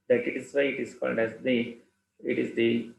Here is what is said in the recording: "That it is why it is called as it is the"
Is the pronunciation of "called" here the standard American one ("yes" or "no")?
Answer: no